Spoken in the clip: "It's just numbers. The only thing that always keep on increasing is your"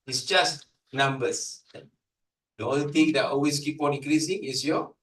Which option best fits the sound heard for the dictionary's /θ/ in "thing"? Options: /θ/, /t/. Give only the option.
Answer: /t/